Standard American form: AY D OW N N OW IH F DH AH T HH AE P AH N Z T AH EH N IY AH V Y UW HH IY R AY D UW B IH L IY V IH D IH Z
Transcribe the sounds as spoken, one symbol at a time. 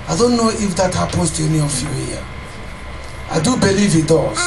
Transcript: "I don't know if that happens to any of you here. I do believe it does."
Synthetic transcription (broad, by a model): AY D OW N N OW IH F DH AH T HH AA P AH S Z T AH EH N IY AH F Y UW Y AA AY D UW B IH L IY V IH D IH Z